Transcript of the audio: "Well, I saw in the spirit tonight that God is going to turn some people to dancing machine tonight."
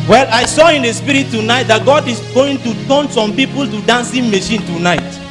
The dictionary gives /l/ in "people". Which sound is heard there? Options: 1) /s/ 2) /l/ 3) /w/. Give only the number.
2